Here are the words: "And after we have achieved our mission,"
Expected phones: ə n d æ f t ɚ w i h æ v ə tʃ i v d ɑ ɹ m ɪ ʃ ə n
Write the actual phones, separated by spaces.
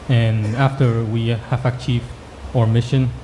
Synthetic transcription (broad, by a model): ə n æ f t ɚ w i h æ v ə tʃ i v d ɑ ɹ m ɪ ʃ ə n